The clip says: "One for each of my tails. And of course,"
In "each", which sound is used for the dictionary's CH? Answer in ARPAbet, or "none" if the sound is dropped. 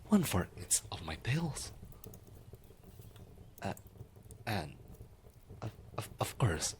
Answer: S